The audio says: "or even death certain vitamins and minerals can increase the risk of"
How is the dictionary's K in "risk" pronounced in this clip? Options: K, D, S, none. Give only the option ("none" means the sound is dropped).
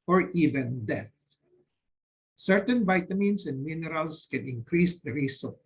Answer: none